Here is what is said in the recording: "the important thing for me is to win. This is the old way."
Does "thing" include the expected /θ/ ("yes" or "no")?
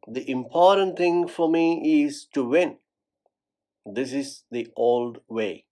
no